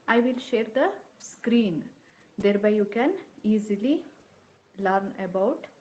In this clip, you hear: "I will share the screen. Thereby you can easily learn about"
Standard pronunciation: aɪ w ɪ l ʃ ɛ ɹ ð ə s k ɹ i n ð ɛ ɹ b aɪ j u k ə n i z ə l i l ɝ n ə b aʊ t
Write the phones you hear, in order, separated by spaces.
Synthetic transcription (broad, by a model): aɪ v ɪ l ʃ ɛ ɹ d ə s k ɹ i n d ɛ ɹ b aɪ j u k ə n i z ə l i l ɝ n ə b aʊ t